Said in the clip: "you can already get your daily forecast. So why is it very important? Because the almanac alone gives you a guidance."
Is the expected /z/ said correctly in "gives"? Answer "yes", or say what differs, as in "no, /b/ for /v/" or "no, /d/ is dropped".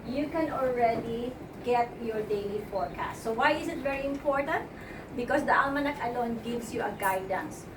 no, /s/ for /z/